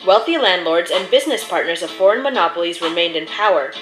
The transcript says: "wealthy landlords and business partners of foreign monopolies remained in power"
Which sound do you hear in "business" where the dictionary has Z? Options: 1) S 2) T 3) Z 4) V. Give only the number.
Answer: 3